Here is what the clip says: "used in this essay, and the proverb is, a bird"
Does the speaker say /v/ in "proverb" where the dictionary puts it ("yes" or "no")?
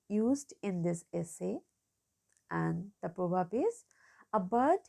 no